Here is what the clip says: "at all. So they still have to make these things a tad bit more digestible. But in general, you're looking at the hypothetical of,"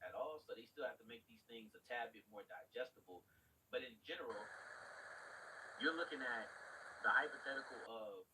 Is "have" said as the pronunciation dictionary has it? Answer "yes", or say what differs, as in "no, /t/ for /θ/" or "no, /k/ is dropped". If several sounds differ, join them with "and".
no, /f/ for /v/